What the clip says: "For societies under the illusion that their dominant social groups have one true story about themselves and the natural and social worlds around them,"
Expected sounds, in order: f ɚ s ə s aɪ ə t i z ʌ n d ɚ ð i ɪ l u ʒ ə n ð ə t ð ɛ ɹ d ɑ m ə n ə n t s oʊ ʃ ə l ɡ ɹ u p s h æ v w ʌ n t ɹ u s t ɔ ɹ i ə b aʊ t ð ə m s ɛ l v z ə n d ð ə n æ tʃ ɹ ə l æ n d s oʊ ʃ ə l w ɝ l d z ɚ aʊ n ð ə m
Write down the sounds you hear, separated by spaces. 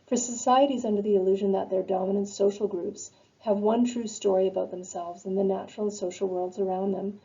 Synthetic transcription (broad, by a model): f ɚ s ə s aɪ ə t i z ʌ n d ɚ ð i ɪ l u ʒ ə n ð ə t ð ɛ ɹ d ɑ m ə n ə n t s oʊ ʃ l ɡ ɹ u p s h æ v w ʌ n t ɹ u s t ɔ ɹ i ə b aʊ t ð ə m s ɛ l v z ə n ð ə n æ tʃ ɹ l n s oʊ ʃ l w ɝ l d z ɚ aʊ n ð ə m